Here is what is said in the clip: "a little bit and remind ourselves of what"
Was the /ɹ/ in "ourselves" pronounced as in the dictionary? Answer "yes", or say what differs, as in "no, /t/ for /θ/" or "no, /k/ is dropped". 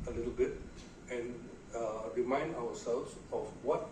no, /w/ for /ɹ/